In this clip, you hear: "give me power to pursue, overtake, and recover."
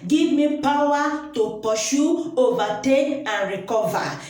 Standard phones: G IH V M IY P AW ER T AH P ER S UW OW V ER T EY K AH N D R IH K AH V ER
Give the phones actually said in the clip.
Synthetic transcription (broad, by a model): G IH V M IY P AW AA T AH P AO SH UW OW V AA T EY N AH N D R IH K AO V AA